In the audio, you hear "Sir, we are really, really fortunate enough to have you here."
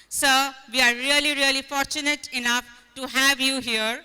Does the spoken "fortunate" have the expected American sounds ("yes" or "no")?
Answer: yes